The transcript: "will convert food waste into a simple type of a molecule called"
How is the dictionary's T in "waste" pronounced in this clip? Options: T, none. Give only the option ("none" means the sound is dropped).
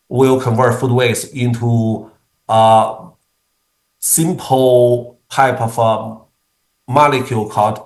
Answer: none